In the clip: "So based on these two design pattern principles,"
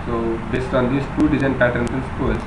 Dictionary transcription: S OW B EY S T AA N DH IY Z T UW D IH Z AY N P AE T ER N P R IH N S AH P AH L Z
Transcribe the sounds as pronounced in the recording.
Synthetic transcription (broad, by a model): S OW B EY S T AA N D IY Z T UW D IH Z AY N P AE T ER N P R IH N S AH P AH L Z